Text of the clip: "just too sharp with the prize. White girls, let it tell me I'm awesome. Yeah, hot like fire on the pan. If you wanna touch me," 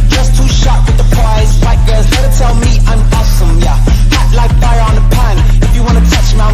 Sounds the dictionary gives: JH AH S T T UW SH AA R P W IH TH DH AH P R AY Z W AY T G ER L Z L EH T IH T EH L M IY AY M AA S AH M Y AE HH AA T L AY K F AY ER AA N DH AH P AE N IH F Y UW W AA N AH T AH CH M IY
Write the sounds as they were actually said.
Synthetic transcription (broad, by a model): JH AH S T T UW SH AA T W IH DH AH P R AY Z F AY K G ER Z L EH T IH T EH L M IY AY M AA S AH M Y AE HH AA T L AY K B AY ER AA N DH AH P AE N IH F Y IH W AA N AH T AH CH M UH